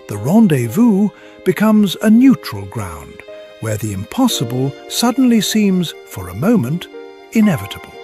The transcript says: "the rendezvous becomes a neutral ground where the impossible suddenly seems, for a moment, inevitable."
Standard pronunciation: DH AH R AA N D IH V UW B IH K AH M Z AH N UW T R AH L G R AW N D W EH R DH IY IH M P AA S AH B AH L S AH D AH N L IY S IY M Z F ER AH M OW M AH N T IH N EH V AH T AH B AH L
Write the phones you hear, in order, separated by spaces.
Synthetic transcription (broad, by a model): DH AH R AA N D IH V UW B IH K AH M Z AH N UW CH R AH L G R AW N D W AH R DH IY IH M P AA S AH B AH L S AH D N L IY S IY M Z F ER AH M OW M AH N T IH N EH V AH T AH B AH L